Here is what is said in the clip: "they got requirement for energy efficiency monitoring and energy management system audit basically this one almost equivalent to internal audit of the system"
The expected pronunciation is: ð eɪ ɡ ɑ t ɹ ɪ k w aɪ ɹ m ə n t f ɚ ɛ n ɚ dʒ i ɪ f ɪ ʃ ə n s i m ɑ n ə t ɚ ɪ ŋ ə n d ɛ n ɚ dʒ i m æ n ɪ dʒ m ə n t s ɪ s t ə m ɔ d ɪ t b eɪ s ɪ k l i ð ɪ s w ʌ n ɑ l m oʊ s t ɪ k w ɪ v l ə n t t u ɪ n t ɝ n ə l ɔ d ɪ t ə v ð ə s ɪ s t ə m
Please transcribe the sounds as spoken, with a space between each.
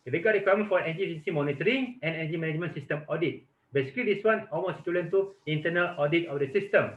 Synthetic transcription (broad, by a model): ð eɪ ɡ ɑ t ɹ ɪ k w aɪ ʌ m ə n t f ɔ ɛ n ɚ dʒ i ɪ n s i m ɑ n ə t ɚ ɪ ŋ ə n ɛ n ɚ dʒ i m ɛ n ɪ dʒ m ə n s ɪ s t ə m ɔ d ɪ t b eɪ s ɪ k l i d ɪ s w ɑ n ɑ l m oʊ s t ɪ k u l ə n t t u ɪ n t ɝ n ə l ɔ d ɪ t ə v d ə s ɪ s t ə m